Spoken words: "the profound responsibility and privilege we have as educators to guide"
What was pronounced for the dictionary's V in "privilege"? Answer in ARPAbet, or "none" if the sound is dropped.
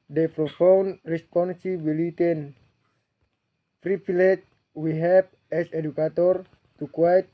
P